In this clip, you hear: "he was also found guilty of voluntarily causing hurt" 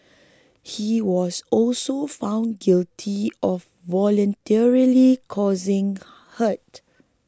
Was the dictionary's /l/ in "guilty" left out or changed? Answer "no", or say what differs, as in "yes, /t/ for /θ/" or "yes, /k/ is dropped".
no